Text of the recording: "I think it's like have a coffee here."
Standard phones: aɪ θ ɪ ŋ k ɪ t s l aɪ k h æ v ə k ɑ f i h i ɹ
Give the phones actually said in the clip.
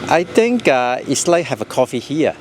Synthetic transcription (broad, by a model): aɪ t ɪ ŋ k ɪ t s l aɪ k h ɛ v ə k ɑ f i h i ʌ